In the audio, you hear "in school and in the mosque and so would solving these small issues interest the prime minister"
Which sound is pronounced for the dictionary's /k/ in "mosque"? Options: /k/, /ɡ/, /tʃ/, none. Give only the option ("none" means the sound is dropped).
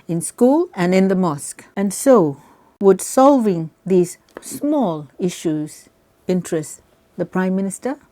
/k/